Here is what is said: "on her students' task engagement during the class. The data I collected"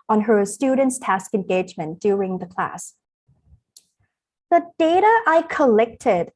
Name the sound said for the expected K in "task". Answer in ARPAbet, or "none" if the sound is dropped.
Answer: K